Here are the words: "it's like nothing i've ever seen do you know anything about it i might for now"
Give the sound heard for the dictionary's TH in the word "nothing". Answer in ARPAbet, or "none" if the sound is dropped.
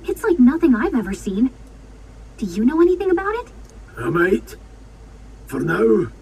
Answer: TH